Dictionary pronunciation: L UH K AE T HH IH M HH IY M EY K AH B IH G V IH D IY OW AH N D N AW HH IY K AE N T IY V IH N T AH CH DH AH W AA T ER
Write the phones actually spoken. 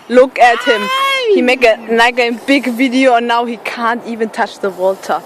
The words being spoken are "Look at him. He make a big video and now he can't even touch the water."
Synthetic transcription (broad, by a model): L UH K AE T HH IH M HH IY M EY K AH B IH G V IH D IY OW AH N N AW HH IY K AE N T IY V IH N T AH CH DH AH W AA T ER